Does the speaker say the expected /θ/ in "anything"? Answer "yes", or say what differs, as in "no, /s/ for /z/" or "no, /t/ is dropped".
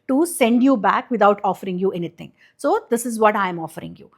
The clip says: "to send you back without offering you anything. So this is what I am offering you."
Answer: no, /t/ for /θ/